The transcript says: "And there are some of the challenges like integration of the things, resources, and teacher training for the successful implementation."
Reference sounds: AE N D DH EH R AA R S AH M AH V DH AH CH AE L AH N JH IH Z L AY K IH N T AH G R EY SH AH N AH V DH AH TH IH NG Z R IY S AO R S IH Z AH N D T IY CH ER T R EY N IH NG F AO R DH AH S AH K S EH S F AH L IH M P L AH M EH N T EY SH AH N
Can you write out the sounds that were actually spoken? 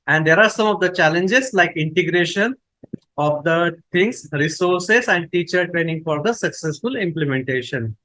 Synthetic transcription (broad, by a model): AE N D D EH R AA R S AH M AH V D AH CH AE L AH N JH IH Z L AY K IH N T AH G R EY SH AH N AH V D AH T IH NG S R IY S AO R S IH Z AH N D T IY CH ER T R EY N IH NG F AO R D AH S AH K S EH S F AH L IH M P L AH M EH N T EY SH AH N